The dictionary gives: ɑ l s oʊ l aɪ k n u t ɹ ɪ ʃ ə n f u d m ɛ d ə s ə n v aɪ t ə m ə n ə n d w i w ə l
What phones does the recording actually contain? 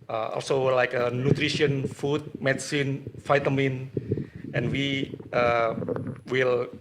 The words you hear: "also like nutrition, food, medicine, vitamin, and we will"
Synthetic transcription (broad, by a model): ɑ l s oʊ l aɪ k n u t ɹ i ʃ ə n f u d m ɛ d s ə n f aɪ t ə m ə n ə n w i w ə l